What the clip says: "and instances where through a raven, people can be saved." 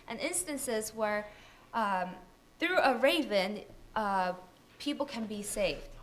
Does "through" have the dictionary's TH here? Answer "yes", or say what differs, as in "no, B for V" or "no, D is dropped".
yes